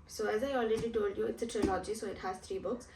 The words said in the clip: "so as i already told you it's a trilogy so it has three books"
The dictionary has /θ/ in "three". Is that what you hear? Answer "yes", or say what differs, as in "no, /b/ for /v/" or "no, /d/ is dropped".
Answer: no, /t/ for /θ/